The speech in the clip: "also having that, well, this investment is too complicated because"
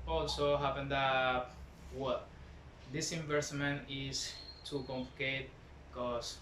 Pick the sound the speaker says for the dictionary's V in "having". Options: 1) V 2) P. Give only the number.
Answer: 2